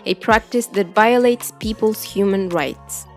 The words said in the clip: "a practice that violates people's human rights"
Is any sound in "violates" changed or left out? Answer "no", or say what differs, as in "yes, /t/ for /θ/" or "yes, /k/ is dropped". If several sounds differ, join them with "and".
no